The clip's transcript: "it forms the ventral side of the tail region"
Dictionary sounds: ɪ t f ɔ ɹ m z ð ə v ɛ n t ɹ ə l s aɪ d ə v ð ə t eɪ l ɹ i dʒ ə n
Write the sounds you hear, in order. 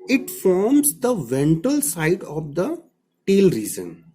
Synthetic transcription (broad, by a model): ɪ t f ɔ ɹ m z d ə v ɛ n t ə l s aɪ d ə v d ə t eɪ l ɹ i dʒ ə n